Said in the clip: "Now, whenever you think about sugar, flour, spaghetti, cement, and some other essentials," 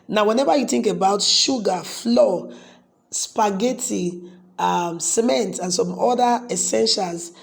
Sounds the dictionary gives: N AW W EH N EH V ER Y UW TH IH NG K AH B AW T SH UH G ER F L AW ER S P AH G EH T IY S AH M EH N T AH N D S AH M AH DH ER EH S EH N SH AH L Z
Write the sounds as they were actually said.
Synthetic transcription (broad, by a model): N AW W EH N EH V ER Y UW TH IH NG K AH B AW T SH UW G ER F L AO S P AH G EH T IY S AH M EH N T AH N S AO M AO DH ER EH S EH N SH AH L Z